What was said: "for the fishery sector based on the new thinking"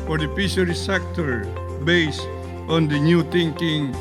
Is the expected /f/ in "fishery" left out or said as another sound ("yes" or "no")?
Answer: yes